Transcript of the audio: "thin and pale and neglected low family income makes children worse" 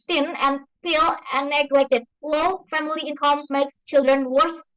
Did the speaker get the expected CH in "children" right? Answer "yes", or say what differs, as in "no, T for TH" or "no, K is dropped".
yes